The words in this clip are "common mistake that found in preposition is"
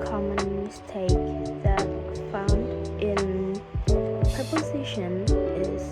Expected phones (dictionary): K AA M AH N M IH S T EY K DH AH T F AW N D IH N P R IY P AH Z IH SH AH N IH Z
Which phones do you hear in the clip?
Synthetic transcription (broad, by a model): K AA M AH N M IH S T EY K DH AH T F AW N D IH N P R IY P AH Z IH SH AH N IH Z